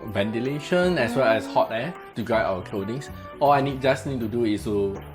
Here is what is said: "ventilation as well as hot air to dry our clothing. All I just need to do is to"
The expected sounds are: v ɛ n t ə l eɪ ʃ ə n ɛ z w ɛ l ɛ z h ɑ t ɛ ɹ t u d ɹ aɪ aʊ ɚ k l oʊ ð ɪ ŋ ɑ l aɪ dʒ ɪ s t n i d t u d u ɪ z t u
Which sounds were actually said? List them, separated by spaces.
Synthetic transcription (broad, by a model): v ɛ n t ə l eɪ ʃ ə n ɛ s w ɛ l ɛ s h ɑ t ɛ t u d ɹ aɪ aʊ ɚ k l oʊ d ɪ ŋ ɑ l aɪ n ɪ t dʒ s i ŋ t u d u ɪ s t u